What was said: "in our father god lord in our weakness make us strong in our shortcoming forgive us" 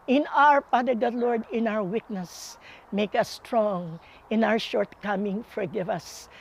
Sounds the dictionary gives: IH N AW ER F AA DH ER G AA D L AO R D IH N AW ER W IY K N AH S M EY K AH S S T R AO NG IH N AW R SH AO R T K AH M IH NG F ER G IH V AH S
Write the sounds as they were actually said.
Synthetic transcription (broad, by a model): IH N AW ER P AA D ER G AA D L AO R D IH N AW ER W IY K N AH S M EY K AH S S T R AO NG IH N AW R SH AO R T K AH M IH NG F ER G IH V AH S